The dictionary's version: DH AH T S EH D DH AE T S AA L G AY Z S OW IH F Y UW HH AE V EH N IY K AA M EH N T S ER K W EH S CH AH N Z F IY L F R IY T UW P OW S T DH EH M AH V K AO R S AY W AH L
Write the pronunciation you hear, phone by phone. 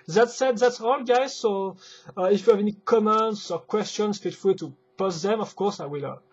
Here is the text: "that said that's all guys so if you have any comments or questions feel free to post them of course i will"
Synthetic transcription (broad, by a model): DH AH T S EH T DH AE T S AA L G AY Z S OW IH F Y UW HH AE V EH N IY K AA M EH N T S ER K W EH S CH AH N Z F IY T F L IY T UW P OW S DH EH M AH V K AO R S AY W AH L